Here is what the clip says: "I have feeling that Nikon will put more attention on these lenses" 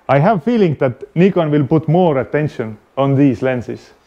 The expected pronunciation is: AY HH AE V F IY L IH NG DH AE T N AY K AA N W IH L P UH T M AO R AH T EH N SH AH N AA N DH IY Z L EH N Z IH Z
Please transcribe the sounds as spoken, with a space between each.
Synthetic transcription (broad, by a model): AY HH AE V F IY L IH NG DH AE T N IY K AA N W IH L P UH T M AO R AH T EH N SH AH N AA N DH IY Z L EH N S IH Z